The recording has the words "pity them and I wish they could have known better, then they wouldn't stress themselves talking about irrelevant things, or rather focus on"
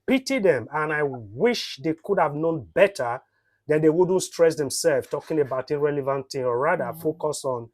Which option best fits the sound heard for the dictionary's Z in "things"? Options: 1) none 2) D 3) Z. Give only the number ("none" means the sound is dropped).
1